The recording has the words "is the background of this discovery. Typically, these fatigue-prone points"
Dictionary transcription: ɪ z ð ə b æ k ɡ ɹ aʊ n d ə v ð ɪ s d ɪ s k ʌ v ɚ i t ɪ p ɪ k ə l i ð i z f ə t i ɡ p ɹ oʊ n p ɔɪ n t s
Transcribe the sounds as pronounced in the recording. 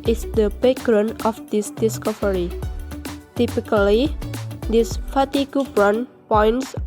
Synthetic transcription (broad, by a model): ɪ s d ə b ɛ ɡ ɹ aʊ n ə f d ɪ s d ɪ s k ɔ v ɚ i t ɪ p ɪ k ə l i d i s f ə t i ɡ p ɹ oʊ n p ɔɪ n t s